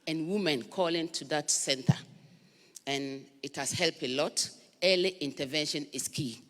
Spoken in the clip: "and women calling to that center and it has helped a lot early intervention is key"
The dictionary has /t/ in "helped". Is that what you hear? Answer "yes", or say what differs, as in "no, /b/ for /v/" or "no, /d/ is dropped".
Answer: no, /t/ is dropped